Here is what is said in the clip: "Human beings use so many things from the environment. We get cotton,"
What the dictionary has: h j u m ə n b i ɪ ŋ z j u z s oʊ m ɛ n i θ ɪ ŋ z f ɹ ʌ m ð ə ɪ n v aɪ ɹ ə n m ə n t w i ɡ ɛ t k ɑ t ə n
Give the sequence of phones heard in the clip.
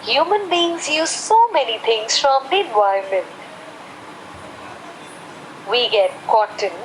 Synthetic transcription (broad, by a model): h j u m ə n b i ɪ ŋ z j u z s oʊ m ɛ n i t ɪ ŋ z f ɹ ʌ m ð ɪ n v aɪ ə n m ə n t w i ɡ ɛ t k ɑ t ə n